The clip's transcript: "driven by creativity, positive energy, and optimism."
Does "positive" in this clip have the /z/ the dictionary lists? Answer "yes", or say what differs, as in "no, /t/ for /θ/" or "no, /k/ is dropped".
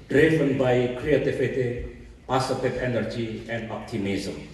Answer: no, /s/ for /z/